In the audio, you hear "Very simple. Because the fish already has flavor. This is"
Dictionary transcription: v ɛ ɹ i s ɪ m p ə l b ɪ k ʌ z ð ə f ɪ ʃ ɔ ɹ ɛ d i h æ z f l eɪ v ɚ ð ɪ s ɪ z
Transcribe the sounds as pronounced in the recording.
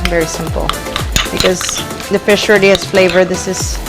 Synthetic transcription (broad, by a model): v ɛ ɹ i s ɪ m p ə l b ɪ k ʌ z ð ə f ɪ ʃ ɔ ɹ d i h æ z f l eɪ v ɚ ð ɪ s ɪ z